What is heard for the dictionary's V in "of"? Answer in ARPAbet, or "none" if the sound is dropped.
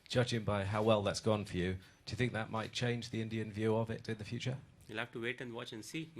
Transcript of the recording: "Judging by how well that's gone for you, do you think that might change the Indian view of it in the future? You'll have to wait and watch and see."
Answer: V